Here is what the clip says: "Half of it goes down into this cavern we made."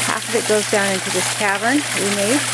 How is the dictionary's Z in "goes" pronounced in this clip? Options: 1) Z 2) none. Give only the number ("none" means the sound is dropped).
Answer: 1